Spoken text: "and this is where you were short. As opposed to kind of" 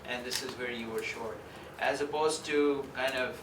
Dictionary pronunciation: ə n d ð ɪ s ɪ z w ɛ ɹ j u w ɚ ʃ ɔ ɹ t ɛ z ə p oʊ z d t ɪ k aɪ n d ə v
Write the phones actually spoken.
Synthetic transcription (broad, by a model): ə n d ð ɪ s ɪ z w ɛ ɹ j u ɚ ʃ ɔ ɹ t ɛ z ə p oʊ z t ɪ k aɪ n d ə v